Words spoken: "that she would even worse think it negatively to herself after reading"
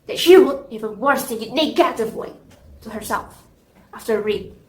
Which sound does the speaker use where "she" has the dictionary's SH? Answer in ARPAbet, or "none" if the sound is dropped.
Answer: SH